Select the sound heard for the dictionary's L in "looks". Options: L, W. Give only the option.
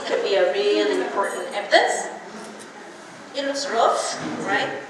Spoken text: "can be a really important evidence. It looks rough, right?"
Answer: W